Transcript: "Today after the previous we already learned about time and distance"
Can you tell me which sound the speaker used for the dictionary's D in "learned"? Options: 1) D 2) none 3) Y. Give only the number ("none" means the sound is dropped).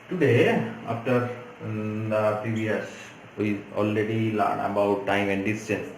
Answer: 2